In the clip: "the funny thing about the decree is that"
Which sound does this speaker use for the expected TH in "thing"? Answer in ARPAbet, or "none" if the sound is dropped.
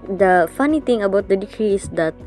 T